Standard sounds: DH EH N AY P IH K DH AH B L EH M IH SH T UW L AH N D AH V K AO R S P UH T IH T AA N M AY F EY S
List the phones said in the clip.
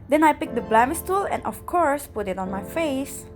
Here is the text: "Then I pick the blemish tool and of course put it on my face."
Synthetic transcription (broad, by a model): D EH N AY P IH K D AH B L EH M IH S T UW L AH N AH F K AO R S P UH T IH T AA N M AY F EY S